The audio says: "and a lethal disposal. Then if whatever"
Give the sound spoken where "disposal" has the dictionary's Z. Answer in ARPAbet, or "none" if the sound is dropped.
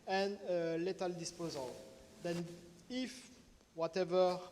Z